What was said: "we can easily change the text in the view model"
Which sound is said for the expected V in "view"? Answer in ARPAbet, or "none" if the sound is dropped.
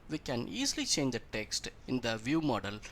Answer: V